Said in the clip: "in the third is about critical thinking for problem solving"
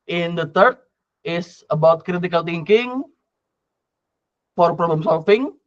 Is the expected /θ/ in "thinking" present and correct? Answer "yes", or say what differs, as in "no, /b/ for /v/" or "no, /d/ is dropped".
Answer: no, /t/ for /θ/